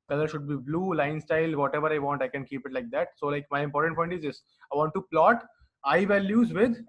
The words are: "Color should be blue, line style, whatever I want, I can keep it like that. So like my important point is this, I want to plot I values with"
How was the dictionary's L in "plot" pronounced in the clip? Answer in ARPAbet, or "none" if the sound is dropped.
L